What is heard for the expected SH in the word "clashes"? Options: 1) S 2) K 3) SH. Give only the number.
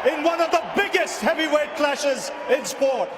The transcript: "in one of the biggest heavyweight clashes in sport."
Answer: 3